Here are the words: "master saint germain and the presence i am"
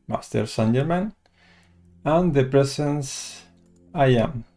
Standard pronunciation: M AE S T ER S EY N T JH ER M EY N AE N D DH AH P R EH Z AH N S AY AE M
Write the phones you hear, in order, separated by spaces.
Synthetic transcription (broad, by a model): M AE S T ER S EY N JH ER M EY N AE N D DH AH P R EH S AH N S AY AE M